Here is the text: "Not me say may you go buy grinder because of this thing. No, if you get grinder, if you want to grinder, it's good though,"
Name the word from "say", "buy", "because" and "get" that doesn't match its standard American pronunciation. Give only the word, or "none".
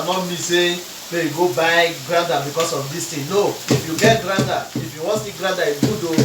because